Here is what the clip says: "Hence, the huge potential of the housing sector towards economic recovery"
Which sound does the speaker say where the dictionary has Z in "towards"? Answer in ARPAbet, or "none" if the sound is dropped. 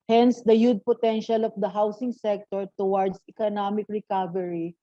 S